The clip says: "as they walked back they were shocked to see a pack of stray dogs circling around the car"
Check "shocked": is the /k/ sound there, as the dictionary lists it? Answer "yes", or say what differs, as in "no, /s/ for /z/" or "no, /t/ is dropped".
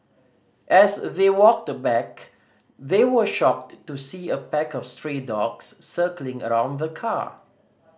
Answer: yes